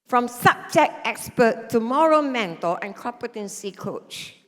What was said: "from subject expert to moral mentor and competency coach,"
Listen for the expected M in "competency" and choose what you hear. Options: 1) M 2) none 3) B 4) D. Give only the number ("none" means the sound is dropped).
2